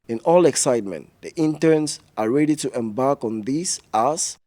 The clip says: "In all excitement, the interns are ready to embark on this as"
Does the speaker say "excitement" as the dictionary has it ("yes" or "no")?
yes